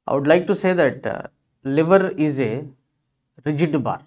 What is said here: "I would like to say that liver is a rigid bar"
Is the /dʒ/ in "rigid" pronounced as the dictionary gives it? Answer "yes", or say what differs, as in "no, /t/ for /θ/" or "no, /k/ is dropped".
yes